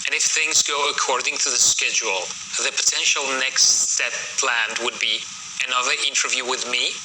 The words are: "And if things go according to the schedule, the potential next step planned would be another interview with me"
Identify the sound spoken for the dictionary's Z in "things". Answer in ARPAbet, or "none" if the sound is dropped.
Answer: Z